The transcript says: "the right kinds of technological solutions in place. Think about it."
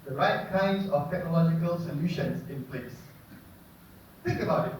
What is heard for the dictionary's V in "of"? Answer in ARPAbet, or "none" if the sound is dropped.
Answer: F